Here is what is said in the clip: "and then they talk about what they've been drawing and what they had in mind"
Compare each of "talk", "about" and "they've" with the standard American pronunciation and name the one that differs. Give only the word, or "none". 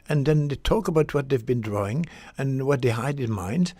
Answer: none